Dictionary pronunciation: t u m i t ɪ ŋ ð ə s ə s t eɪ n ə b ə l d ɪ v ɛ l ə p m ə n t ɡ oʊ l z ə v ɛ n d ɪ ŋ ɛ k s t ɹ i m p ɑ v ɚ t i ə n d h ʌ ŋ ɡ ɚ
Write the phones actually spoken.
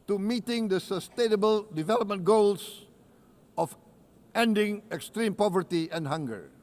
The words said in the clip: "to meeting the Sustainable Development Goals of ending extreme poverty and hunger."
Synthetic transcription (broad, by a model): t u m i t ɪ ŋ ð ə s ə s t eɪ n ə b ə l d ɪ v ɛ l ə p m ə n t ɡ oʊ l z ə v ɛ n d ɪ ŋ ɛ k s t ɹ i m p ɑ v ɚ t i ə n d h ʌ ŋ ɡ ɚ